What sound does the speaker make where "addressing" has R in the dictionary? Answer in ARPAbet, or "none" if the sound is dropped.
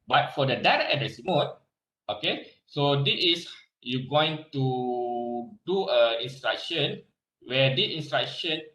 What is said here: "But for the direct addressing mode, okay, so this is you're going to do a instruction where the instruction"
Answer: none